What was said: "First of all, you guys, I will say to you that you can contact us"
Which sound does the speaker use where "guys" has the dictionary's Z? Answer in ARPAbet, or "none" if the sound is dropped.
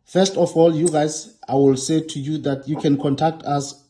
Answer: S